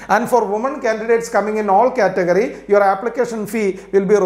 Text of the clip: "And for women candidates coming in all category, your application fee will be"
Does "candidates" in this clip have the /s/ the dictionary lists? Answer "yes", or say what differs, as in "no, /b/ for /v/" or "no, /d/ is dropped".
yes